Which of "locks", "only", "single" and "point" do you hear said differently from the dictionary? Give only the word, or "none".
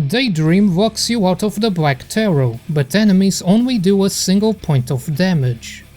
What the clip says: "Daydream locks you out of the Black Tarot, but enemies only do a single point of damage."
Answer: locks